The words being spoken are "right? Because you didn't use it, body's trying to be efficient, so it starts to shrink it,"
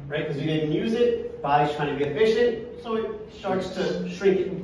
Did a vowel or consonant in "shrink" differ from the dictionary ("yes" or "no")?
no